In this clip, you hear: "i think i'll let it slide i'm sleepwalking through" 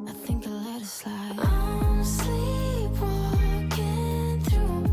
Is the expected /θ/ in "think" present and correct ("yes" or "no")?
yes